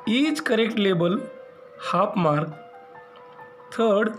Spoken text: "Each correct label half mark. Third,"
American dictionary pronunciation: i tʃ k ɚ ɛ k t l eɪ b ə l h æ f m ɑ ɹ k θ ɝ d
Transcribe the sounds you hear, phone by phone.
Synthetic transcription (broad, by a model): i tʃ k ɚ ɛ k t l eɪ b ə l h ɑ p m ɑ ɹ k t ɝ d